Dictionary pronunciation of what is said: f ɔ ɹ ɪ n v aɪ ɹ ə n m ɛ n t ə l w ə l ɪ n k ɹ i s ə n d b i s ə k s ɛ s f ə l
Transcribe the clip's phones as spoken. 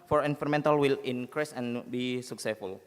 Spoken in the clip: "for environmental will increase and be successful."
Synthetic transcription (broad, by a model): f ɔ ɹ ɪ n f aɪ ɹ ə m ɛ n t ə l w ə l ɪ n k ɹ i s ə n b i s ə k s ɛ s f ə l